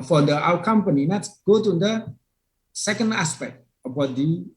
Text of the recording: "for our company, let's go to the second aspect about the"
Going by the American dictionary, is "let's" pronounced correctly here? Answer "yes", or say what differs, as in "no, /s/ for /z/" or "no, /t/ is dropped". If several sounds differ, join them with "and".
no, /n/ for /l/